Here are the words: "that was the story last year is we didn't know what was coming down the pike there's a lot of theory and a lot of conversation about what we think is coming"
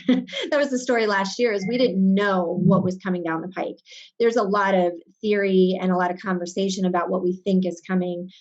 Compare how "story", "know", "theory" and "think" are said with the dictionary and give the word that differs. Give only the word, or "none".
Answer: none